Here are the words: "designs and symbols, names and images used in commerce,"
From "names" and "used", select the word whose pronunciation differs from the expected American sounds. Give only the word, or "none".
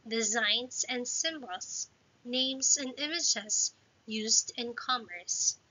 none